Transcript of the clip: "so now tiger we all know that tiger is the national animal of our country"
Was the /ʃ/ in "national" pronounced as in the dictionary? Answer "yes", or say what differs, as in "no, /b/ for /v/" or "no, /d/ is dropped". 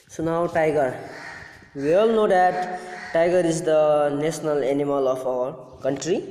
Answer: no, /s/ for /ʃ/